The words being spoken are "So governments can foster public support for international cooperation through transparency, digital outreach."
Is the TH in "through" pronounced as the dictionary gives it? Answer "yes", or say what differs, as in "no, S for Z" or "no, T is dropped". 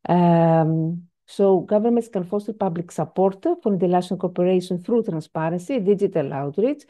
yes